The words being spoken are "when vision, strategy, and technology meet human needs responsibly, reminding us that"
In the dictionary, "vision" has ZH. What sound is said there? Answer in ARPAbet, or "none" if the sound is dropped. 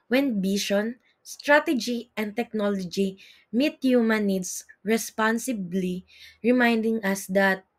SH